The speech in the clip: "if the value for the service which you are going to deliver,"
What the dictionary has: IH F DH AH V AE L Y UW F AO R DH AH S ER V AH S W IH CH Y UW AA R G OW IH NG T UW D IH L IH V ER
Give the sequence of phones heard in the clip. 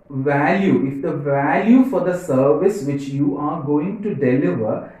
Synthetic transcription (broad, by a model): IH F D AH V AE L Y UW F AO R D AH S ER V AH S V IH CH Y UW AA R G OW IH NG T UW D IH L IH V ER